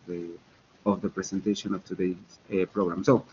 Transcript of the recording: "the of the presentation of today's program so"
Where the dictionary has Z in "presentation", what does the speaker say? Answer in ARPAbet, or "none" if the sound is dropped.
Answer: S